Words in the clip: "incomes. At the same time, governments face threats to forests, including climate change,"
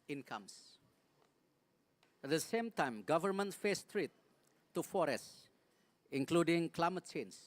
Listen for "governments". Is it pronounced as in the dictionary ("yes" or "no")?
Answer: no